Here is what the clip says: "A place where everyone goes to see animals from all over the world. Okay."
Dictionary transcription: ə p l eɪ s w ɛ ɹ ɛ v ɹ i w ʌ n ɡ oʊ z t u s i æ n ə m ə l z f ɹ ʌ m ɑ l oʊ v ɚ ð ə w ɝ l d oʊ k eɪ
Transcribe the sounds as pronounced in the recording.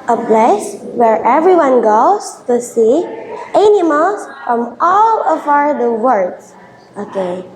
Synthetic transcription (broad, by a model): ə p l eɪ s w ɛ ɹ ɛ v ɹ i w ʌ n ɡ oʊ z t u s i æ n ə m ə l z f ɹ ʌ m ɑ l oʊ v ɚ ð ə w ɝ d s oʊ k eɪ